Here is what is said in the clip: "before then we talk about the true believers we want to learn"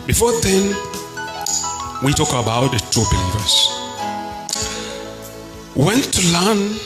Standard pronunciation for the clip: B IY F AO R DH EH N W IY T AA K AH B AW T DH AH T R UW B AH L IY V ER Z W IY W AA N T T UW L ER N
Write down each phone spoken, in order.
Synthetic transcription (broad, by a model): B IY F AO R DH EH N W IY T AA K AH B AW T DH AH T UW B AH L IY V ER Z W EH N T T UW L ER N